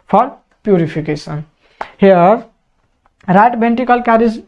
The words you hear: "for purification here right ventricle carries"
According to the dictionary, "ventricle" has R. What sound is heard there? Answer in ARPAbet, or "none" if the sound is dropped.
none